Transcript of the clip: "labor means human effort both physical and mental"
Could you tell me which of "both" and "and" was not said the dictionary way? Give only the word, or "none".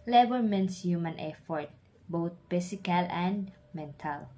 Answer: both